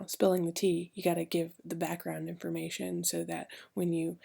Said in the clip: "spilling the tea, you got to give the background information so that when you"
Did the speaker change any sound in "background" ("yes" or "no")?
no